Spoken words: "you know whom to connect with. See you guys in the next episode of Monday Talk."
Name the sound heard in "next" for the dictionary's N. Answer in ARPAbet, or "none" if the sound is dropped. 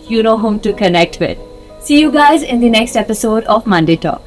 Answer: N